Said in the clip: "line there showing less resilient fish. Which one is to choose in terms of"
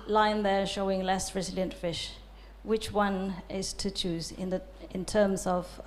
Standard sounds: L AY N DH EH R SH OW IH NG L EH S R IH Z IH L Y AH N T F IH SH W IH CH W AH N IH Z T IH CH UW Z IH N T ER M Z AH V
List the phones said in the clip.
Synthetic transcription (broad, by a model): L AY N DH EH R SH OW IH NG L EH S R IH Z IH L Y AH N T F IH SH W IH CH W AH N IH Z T IH CH UW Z IH N T ER M Z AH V